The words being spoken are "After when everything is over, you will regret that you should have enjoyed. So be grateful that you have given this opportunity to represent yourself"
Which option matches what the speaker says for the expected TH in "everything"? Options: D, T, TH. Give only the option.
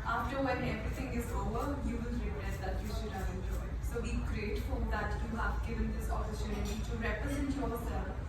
T